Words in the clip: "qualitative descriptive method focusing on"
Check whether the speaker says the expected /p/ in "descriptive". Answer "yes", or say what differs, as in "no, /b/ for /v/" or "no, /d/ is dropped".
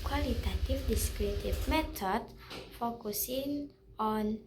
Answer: no, /p/ is dropped